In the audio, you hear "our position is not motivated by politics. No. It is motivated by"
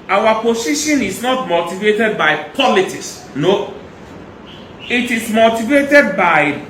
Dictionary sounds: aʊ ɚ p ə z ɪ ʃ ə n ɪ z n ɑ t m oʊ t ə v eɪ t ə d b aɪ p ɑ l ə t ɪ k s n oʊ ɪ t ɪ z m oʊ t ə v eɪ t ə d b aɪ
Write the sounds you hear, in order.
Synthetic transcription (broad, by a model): aʊ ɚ p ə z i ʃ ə n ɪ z n ɑ t m oʊ t ə v eɪ t ə d b aɪ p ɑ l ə t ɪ s n oʊ ɪ t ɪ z m oʊ t ə v eɪ t ə d b aɪ